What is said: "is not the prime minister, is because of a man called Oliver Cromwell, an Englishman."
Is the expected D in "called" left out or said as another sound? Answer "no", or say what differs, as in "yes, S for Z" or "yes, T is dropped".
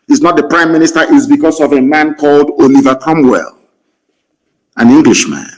no